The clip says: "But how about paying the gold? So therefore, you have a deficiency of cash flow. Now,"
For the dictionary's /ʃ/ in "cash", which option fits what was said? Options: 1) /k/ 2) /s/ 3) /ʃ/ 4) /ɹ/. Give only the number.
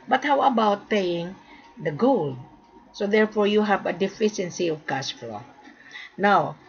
2